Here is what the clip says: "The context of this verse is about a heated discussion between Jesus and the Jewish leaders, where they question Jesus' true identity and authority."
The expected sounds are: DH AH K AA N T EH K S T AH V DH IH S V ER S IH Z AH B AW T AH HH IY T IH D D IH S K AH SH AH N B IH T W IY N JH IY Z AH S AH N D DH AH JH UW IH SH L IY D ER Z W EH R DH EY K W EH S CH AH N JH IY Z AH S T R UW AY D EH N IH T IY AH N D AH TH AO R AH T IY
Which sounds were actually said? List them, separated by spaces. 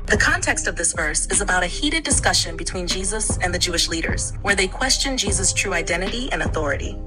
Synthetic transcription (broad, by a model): DH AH K AA N T EH K S T AH V DH IH S V ER S IH Z AH B AW T AH HH IY T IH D D IH S K AH SH AH N B IH T W IY N JH IY Z AH S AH N DH AH JH UW IH SH L IY D ER Z W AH R DH EY K W EH S CH AH N JH IY Z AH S T R UW AY D EH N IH T IY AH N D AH TH AO R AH T IY